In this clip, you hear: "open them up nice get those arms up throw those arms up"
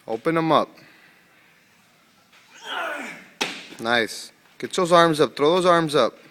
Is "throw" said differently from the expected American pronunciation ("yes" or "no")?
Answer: yes